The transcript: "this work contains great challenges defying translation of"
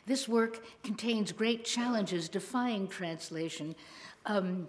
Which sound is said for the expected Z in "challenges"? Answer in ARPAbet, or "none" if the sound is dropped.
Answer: Z